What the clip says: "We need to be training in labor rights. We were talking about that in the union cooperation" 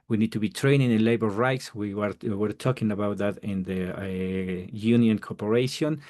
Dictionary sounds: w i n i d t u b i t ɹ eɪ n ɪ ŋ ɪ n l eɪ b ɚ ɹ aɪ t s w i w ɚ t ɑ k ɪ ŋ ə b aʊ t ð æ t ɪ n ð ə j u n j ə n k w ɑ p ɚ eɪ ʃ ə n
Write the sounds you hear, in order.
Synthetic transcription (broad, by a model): w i n i d t u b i t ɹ eɪ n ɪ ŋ ɪ n l eɪ b ɚ ɹ aɪ t s w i w ɚ t ɑ k ɪ ŋ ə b aʊ t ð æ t ɪ n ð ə j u n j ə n k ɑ p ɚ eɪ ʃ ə n